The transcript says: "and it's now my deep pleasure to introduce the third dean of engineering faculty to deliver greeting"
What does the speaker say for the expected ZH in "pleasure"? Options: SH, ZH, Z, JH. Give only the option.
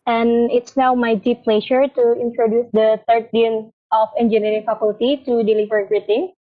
SH